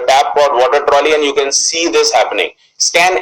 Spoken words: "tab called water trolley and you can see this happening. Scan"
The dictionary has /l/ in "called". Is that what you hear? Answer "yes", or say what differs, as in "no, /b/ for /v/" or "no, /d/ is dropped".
no, /l/ is dropped